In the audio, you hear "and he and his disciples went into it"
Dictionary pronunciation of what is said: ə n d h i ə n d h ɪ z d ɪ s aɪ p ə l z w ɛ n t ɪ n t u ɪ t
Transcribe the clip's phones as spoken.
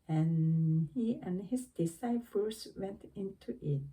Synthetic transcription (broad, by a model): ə n h i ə n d h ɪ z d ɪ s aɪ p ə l s w ɛ n t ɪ n t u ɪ t